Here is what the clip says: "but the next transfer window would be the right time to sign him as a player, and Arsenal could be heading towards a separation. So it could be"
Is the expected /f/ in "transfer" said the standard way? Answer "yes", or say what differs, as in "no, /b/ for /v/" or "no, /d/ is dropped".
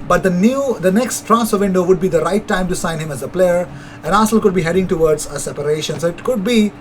no, /f/ is dropped